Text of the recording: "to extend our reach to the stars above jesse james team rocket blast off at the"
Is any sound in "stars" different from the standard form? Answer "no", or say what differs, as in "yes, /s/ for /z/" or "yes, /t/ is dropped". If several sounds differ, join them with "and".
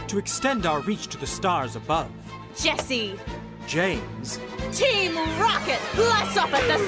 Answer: no